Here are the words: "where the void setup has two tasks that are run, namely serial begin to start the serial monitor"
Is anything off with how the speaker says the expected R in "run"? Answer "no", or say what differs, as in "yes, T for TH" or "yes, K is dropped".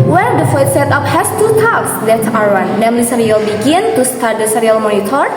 yes, W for R